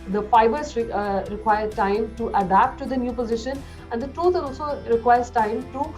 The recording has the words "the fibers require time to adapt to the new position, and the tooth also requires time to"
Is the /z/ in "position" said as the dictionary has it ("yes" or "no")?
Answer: yes